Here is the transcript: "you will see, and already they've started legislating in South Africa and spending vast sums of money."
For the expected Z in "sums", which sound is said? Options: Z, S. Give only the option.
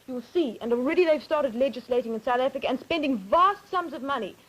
Z